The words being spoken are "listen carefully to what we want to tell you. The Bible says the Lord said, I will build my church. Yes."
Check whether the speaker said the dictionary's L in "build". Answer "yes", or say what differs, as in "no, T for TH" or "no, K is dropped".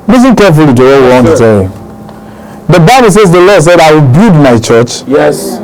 no, L is dropped